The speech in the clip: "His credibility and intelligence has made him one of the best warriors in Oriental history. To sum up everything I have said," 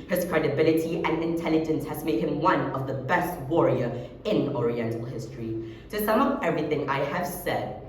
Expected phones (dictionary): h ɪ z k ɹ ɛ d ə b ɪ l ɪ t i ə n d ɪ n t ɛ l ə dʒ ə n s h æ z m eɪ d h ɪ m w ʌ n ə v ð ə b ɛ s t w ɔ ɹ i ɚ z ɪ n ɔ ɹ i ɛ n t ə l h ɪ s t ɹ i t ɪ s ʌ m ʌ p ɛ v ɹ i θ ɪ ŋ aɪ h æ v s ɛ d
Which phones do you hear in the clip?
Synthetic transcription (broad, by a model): h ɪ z k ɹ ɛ d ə b ɪ l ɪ t i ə n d ɪ n t ɛ l ə dʒ ə n s h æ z m eɪ d h ɪ m w ʌ n ə v ð ə b ɛ s t w ɔ ɹ i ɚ ɪ n ɔ ɹ i ɛ n t ə l h ɪ s t ɹ i t ɪ s ʌ m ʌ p ɛ v ɹ i θ ɪ ŋ aɪ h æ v s ɛ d